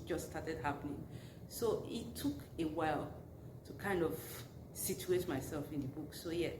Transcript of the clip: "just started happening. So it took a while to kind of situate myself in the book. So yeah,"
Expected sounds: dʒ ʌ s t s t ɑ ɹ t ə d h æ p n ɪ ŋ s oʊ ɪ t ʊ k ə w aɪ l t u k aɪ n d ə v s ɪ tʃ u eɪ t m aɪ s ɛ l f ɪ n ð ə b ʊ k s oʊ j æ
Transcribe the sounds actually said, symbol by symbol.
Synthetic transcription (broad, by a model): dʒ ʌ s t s t ɑ t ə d h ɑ p n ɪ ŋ s oʊ ɪ t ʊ k ə w aɪ l t u k aɪ n d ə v s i tʃ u eɪ t m aɪ s ɛ l f ɪ n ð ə b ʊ k s oʊ j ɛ